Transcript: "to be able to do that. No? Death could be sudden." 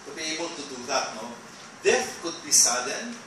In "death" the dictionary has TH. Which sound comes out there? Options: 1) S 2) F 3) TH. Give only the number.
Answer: 2